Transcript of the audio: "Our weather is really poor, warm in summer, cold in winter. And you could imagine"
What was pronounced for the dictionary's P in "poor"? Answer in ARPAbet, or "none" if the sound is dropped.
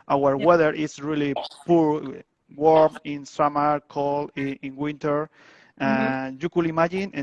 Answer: P